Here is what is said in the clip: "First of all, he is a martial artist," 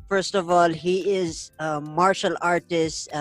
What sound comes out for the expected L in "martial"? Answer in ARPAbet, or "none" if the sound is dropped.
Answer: L